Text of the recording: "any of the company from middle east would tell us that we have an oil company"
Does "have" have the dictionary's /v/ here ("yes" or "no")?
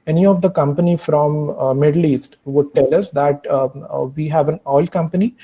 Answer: yes